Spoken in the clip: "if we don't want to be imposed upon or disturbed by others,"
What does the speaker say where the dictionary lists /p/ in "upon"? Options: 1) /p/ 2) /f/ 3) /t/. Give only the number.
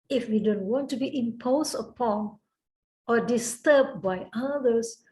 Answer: 1